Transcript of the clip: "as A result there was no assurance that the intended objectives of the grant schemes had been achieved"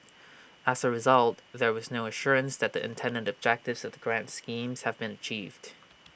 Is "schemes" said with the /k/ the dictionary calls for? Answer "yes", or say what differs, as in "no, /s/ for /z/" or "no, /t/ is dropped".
yes